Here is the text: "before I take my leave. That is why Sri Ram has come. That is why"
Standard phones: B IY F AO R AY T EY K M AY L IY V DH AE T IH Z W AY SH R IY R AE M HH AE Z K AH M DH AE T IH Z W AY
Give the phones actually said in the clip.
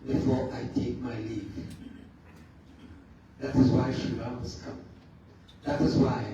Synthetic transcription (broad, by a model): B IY F AO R AY T EY K M AY L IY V DH AE T IH Z W AY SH IY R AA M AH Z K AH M DH AE T IH Z W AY